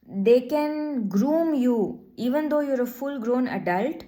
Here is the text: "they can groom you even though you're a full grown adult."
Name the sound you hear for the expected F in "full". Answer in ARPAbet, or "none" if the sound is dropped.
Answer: F